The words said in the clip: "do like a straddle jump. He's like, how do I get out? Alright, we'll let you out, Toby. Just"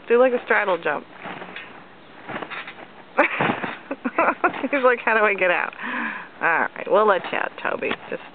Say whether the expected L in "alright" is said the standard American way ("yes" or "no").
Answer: no